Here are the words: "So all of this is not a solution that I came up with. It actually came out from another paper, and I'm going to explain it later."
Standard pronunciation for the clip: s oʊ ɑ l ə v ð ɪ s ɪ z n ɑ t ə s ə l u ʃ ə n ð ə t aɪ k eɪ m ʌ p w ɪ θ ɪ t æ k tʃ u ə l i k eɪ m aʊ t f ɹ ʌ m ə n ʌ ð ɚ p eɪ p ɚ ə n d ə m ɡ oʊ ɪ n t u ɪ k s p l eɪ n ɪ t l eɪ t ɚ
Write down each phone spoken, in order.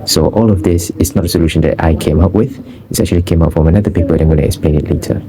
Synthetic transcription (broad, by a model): s oʊ ɑ l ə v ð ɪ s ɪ s n ɑ t ə s ə l u ʃ ə n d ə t aɪ k eɪ m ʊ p w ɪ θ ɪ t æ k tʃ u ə l i k eɪ m aʊ t f ɹ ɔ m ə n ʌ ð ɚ p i p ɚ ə l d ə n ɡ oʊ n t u ɪ k s p l eɪ n ɪ t l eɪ t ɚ